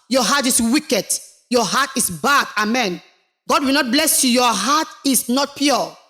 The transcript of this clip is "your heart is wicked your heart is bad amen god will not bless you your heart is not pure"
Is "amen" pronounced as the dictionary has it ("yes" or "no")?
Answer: yes